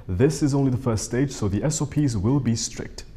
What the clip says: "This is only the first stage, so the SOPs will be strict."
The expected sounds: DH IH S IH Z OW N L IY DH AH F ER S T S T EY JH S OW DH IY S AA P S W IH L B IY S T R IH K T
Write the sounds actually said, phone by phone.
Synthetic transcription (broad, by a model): DH IH S IH Z OW N L IY DH AH F ER S T S T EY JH S OW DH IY S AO P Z W IH L B IY S T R IH K T